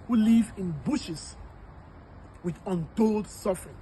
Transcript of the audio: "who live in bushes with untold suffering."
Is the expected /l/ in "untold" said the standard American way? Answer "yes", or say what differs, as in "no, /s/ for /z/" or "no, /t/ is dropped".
yes